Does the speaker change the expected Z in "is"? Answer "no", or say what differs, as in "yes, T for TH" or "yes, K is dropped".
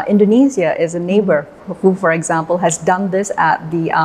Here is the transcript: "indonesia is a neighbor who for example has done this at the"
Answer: no